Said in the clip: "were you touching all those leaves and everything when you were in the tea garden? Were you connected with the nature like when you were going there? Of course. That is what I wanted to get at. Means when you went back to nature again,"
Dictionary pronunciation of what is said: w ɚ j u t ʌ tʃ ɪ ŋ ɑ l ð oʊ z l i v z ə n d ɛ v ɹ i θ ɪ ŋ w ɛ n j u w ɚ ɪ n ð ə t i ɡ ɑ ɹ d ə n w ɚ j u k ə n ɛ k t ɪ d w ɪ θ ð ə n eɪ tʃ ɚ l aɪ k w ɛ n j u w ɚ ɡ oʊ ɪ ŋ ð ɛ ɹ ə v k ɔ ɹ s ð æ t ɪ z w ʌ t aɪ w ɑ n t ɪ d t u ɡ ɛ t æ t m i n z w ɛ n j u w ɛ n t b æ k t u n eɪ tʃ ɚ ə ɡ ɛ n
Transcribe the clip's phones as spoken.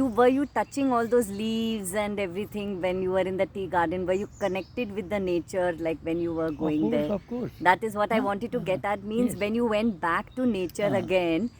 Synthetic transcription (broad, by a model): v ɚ j u t ʌ tʃ ɪ ŋ ɑ l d oʊ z l i v z ə n d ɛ v ɹ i t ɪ ŋ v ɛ n j u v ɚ ɪ n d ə t i ɡ ɑ ɹ d ə n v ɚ j u k ə n ɛ k t ɪ d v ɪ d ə n eɪ tʃ ɚ l aɪ k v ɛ n j u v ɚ ɡ oʊ ɪ ŋ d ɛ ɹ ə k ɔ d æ t ɪ z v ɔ t aɪ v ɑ n t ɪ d t u ɡ ɛ t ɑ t m i n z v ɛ n j u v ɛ n t b æ k t u n eɪ tʃ ɚ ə ɡ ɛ n